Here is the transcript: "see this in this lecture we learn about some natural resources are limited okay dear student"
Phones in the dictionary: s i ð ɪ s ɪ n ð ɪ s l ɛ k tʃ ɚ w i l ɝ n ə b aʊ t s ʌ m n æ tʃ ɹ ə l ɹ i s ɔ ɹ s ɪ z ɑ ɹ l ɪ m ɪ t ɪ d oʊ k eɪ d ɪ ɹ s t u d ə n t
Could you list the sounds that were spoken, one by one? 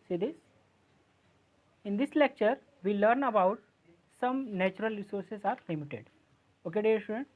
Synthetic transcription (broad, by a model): s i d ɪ s ɪ n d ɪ s l ɛ k tʃ ɚ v i l ɝ n ə b aʊ t s ʌ m n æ tʃ ɹ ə l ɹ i s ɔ ɹ s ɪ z ɑ ɹ l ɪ m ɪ t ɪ d oʊ k eɪ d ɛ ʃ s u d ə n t